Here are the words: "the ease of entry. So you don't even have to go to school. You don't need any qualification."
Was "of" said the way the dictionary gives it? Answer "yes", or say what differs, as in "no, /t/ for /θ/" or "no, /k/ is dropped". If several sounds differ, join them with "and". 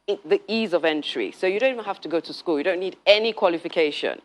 yes